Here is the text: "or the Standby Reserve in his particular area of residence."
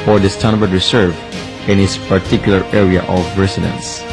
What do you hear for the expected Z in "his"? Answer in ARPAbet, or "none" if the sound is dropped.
S